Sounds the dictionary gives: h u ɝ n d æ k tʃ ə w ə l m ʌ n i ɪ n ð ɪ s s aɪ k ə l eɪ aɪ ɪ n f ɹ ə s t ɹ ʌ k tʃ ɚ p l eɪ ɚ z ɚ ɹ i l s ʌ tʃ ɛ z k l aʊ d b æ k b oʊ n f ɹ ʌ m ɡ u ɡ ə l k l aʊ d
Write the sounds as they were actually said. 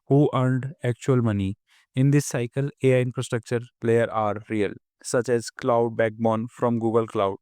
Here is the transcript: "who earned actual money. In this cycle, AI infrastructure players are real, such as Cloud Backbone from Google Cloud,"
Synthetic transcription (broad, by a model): h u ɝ n d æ k tʃ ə ə l m ʌ n i ɪ n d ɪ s s aɪ k ə l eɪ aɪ ɪ n f ɹ ə s t ɹ ʌ k tʃ ɚ p l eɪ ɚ ɑ ɹ i l s ʌ tʃ ɛ z k l aʊ d b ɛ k b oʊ n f ɹ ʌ m ɡ u ɡ ə l k l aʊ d